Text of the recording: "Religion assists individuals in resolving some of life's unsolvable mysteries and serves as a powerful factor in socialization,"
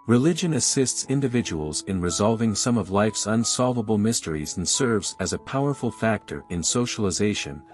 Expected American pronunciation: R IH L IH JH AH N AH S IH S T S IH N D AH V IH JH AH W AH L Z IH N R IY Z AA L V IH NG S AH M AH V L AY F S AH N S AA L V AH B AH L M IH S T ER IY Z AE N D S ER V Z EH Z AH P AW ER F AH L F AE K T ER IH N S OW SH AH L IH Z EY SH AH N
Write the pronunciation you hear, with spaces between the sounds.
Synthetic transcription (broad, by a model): R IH L IH JH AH N AH S IH S T S IH N D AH V IH JH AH W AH L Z IH N R IY Z AA L V IH NG S AH M AH V L AY F S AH N S AA L V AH B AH L M IH S T ER IY Z N S ER V Z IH Z AH P AW ER F L F AE K T ER IH N S OW SH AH L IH Z EY SH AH N